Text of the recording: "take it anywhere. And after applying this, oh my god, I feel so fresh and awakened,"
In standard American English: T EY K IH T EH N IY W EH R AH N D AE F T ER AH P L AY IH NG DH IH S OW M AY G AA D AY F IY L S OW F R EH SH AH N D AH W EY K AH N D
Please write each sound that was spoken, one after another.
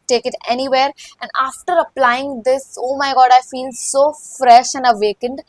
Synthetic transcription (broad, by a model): T EY K IH T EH N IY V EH R AH N D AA F T ER AH P L AY IH NG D IH S OW M AY G AA D AY F IY L S OW F R EH SH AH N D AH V EY K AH N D